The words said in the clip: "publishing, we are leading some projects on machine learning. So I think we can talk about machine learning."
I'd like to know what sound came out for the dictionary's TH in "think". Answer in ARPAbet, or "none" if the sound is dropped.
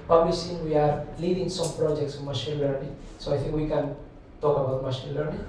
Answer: T